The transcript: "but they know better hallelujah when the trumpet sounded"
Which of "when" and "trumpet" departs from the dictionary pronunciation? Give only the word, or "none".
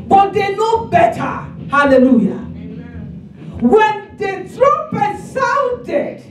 trumpet